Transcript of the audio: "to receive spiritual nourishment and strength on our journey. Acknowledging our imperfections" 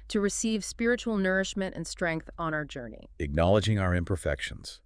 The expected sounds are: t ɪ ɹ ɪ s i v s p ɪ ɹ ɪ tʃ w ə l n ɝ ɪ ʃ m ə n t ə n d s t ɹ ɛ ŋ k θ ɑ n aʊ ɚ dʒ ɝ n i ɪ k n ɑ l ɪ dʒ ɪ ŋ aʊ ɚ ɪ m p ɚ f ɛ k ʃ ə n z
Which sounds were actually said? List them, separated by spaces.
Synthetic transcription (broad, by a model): t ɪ ɹ ɪ s i v s p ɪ ɹ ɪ tʃ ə l n ɝ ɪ ʃ m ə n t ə n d s t ɹ ɛ ŋ k θ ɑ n aʊ ɚ dʒ ɝ n i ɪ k n ɑ l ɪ dʒ ɪ ŋ aʊ ɚ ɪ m p ɚ f ɛ k ʃ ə n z